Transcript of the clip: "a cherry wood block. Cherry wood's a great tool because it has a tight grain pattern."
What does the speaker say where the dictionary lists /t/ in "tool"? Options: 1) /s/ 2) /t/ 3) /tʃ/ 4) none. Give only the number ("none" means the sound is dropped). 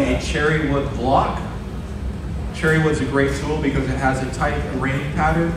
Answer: 1